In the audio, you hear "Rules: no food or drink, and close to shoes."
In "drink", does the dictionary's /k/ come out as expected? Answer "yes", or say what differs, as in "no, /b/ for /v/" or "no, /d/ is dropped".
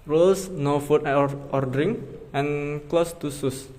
no, /k/ is dropped